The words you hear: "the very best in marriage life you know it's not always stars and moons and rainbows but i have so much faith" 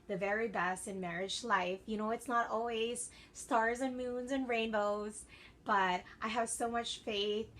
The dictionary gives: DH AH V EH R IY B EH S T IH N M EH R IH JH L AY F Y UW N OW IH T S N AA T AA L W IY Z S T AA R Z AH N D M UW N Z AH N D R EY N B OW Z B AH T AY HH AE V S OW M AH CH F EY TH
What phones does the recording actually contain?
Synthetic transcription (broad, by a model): DH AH V EH R IY B EH S T IH N M EH R IH JH L AY F Y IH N OW IH T S N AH T AA L W IY Z S T AA R Z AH N M UW N Z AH N R EY N B OW Z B AH T AY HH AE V S OW M AH CH F EY TH